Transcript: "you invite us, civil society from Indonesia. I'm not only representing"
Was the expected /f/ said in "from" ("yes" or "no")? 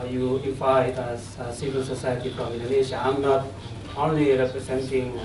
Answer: no